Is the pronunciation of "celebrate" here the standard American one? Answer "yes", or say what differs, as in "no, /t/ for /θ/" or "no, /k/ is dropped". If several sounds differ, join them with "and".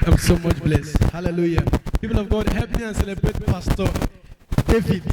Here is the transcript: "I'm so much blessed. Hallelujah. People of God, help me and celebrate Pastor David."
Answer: yes